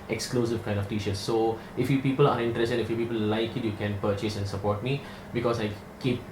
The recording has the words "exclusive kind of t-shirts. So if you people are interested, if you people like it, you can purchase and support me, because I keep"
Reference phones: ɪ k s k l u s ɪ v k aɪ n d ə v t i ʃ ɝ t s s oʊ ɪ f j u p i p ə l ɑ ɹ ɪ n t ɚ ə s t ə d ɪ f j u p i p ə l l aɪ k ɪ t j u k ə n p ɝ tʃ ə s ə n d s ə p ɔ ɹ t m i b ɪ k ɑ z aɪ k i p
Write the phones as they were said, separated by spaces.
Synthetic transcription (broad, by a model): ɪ k s k l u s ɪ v k aɪ n d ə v t i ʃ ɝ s s oʊ ɪ f j u p i p ə l ɑ ɹ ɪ n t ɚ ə s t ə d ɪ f j u p i p ə l l aɪ k ɪ t j u k ə n p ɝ tʃ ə s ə n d s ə p ɔ t m i b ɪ k ɑ s aɪ k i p